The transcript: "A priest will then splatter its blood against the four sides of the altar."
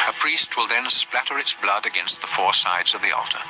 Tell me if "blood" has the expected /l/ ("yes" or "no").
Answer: yes